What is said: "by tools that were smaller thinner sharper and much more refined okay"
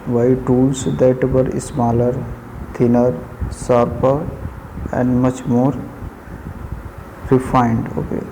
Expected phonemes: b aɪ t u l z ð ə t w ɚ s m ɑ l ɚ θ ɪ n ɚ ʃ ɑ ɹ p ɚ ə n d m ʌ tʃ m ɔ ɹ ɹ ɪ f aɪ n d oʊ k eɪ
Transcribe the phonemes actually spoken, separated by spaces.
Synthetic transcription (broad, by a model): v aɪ t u l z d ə t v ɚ s m ɑ l ɚ t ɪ n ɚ s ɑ ɹ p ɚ ə n d m ʌ tʃ m ɔ ɹ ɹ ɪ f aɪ n d oʊ k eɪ